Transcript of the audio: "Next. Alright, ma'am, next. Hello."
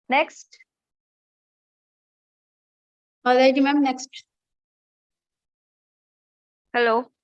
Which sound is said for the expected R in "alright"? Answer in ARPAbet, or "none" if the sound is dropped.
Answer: none